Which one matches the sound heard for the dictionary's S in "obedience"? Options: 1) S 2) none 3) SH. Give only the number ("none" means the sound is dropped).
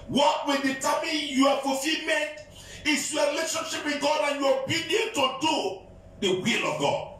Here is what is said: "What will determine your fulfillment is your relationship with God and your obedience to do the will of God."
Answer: 2